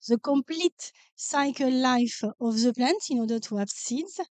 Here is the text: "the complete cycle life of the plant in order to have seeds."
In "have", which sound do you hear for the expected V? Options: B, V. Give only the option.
B